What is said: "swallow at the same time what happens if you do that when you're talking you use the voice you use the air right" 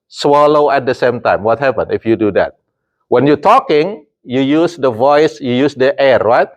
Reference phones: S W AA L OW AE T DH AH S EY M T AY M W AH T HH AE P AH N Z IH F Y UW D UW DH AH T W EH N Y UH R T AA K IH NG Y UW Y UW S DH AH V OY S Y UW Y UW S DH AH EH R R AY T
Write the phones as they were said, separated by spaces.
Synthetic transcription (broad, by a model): S W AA L OW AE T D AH S EY M T AY M W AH T HH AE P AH N IH F Y UW D UW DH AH T W EH N Y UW T AA K IH NG Y UW Y UW S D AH V OY S Y UW Y UW S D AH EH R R AY T